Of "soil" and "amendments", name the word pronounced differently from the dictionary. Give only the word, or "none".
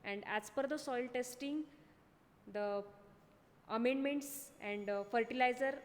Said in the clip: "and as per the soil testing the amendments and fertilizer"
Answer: none